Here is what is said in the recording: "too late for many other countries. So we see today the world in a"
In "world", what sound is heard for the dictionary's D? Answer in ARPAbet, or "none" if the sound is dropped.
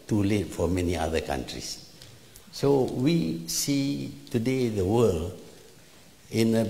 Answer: none